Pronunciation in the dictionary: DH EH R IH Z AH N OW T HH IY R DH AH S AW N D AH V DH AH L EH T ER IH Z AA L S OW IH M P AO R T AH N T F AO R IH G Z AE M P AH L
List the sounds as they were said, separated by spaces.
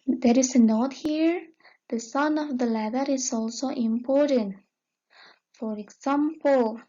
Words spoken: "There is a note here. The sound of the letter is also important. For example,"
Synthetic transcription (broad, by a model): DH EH R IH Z AH N OW T HH IY R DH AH S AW N AH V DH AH L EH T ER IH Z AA L S OW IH M P AO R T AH N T F AO R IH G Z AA M P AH L